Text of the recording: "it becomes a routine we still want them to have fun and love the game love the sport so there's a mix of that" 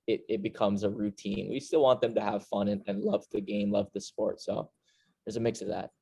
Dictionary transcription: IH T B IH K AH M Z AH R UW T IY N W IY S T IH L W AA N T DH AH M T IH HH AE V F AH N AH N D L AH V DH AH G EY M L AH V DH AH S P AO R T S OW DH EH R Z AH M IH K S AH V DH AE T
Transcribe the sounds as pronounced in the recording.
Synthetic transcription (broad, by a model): IH T B IH K AH M Z AH R UW T IY N W IY S T IH L W AA N DH AH M T IH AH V F AH N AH N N L AH V DH AH G EY M L AH V DH AH S P AO R T S OW DH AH R Z AH M IH K S AH V DH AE T